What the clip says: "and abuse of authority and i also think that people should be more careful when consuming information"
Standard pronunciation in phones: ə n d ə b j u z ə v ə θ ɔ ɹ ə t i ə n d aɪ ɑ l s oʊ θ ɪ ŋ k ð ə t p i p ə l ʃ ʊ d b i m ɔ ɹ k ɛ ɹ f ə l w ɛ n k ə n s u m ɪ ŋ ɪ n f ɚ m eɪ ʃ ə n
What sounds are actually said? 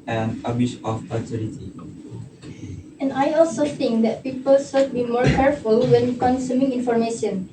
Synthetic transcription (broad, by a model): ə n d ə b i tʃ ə f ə t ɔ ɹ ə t i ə n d aɪ ɑ l s oʊ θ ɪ ŋ k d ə t p i p ə l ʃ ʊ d b i m ɔ ɹ k ɛ ɹ f ə l w ɛ n k ə n s u m ɪ ŋ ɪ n f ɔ m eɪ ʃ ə n